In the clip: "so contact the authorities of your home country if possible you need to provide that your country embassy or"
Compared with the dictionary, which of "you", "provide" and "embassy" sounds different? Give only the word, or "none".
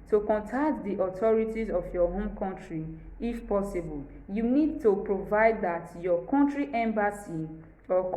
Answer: none